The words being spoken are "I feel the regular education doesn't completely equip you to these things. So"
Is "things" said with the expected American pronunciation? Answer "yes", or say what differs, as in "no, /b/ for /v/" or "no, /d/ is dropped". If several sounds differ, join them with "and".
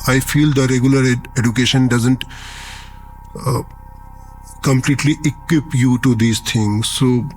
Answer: no, /t/ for /θ/